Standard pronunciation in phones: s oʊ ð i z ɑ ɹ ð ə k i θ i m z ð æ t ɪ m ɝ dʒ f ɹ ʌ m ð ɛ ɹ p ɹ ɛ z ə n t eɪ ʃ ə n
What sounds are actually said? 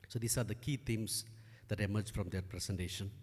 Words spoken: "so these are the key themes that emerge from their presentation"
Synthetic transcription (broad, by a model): s oʊ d i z ɑ ɹ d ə k i t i m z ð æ t ɪ m ɝ dʒ f ɹ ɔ m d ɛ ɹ p ɹ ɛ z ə n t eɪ ʃ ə n